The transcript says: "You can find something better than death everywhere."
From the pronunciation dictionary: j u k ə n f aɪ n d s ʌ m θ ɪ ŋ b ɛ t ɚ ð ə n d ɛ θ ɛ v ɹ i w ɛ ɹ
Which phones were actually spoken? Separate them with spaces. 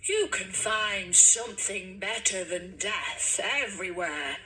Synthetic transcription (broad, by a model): j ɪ k ə n f aɪ n d s ʌ m θ ɪ ŋ b ɛ t ɚ ð ə n d ɛ θ ɛ v ɹ i w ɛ ɹ